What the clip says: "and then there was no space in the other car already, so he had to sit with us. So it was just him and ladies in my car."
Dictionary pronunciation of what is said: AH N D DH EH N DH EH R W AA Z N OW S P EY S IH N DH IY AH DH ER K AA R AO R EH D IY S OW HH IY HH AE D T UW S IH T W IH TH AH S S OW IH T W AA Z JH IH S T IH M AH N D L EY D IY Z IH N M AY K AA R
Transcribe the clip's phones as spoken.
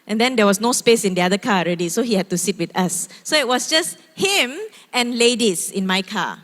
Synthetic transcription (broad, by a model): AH N D EH N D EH W AA S N OW S P EY S IH N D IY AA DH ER K AA AO R EH D IY S OW HH IY HH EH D T UW S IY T W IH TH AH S S OW IH T W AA S JH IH S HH IH M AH N L EY D IY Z IH N M AY K AA